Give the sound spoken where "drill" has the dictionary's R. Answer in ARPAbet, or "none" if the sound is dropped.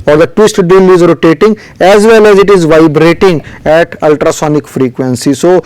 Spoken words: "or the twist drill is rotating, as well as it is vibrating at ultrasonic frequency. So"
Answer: none